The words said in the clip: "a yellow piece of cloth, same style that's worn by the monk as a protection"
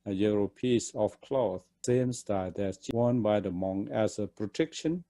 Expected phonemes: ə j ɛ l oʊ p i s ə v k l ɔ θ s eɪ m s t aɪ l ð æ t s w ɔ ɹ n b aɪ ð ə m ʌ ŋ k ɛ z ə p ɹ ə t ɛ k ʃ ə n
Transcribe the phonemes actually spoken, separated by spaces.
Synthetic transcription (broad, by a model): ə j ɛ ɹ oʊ p i s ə f k l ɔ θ s eɪ m s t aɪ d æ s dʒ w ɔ n b aɪ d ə m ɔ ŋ ɛ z ə p ɹ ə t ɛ k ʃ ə n